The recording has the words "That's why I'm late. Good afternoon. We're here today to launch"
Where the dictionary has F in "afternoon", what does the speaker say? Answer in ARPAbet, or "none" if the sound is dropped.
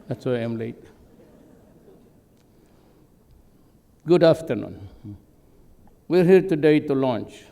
F